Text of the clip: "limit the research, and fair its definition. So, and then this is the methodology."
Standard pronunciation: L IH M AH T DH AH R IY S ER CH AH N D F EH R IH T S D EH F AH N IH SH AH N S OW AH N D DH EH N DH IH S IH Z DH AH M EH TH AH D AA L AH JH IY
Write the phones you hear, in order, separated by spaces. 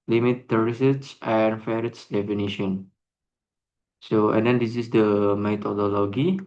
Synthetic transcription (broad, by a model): L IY M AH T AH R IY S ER S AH N F EH R IH T S D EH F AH N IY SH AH N S OW AH N D EH N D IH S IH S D AH M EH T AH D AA L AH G IY